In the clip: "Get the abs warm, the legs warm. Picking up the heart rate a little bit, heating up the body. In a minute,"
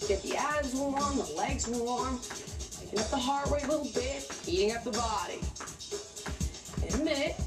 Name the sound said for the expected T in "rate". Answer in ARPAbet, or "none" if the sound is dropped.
none